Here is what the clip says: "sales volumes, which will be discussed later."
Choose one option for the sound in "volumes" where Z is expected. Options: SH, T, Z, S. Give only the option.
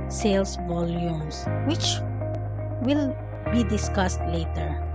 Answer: S